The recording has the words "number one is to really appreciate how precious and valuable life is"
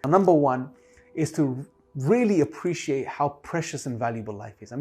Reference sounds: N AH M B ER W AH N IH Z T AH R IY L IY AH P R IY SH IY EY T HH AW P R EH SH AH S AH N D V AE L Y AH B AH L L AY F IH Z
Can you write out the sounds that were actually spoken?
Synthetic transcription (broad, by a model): N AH M B ER W AH N IH Z T AH R IY L IY AH P R IY SH IY EY T HH AW P R EH SH AH S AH N V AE L Y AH B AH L L AY F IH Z